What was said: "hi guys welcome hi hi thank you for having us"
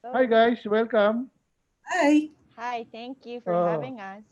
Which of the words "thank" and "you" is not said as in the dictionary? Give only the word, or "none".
thank